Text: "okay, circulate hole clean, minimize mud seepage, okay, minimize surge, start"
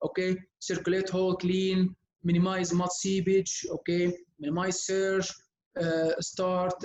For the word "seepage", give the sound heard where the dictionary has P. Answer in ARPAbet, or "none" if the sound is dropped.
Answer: B